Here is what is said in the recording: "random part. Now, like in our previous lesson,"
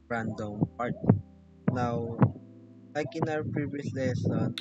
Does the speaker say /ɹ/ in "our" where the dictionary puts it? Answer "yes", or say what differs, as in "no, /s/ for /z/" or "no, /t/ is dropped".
no, /w/ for /ɹ/